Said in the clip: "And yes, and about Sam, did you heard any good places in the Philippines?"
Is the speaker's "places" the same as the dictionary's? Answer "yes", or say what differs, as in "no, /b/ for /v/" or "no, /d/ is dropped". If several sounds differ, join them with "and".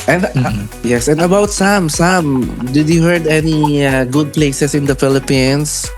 no, /s/ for /z/